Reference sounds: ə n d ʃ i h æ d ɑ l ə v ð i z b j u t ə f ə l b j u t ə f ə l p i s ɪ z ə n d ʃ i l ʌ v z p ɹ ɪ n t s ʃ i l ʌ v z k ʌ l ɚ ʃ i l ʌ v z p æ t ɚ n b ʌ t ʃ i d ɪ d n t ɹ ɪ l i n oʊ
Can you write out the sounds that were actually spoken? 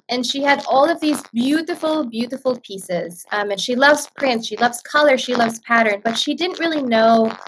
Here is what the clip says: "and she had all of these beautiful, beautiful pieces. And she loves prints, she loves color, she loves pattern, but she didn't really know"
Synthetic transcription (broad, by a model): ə n ʃ i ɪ d ɑ l ə v ð i z b j u t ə f l b j u t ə f l p i s ɪ z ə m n ʃ i l ʌ v z p ɹ ɪ n t s ʃ i l ʌ v z k ʌ l ɚ ʃ i l ʌ v z p æ t ɚ n b ʌ t ʃ i d ɪ d n t ɹ ɪ l i n oʊ